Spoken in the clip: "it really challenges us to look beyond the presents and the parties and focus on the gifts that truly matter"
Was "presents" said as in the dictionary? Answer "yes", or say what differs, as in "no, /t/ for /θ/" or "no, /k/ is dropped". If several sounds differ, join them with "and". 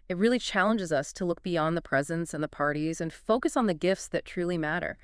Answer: yes